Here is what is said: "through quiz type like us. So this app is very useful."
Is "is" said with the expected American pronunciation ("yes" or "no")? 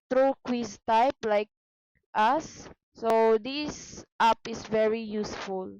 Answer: no